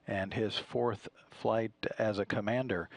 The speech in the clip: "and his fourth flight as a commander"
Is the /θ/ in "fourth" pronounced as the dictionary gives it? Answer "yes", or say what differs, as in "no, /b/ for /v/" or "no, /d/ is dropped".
yes